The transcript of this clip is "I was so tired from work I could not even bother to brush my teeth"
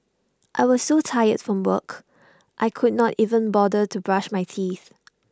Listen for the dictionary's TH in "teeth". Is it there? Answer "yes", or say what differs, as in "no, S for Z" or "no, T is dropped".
yes